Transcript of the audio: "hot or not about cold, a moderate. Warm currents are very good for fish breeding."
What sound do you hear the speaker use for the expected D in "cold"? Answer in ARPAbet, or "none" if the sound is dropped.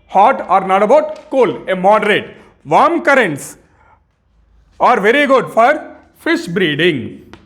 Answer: none